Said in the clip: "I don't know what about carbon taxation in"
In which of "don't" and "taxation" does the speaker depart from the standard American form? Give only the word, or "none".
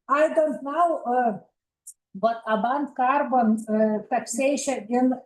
taxation